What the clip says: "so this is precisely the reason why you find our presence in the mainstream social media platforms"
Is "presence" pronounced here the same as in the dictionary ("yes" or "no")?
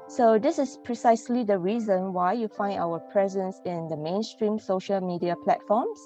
yes